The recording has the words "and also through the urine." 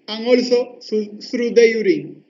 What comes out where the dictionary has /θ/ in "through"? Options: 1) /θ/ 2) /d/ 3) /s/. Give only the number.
3